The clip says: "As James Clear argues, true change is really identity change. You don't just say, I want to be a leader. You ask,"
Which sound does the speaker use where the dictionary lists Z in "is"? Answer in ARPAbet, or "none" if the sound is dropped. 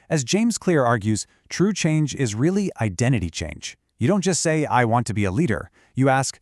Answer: Z